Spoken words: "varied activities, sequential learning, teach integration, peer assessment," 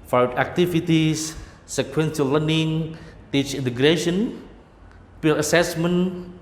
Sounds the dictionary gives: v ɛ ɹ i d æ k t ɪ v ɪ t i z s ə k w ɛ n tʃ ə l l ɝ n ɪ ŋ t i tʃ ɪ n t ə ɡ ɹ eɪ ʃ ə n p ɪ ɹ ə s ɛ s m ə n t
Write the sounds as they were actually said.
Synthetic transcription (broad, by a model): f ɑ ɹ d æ k t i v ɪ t i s s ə k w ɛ n s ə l l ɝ n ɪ ŋ t i tʃ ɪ n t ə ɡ ɹ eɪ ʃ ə n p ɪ l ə s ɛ s m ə n